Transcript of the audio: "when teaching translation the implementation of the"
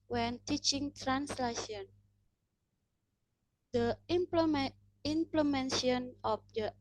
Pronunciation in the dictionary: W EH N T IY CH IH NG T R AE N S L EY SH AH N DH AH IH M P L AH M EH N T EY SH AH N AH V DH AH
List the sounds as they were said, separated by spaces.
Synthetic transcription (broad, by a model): W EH N T IY CH IH NG T R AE N S L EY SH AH N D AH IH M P L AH M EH N S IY AH N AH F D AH